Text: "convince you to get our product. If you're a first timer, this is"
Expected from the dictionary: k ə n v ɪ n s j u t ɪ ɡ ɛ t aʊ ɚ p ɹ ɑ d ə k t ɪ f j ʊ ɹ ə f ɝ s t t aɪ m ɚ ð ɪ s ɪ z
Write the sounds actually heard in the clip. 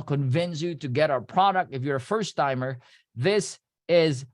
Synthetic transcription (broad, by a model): k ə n v ɪ n s j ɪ t ɪ ɡ ɛ t aʊ ɚ p ɹ ɑ d ə k t ɪ f j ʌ ɹ ə f ɝ s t t aɪ m ɚ ð ɪ s ɪ z